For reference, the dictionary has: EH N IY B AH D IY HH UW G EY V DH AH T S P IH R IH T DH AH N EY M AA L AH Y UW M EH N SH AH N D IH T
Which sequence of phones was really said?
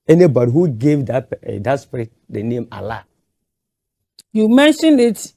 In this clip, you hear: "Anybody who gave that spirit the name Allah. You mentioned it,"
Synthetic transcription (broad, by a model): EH N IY B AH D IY HH UW G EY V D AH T S P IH R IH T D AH N EY M AA L AH Y UW M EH N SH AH N IH T